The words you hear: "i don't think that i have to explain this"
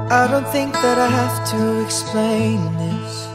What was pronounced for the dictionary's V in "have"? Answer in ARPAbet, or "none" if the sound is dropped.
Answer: F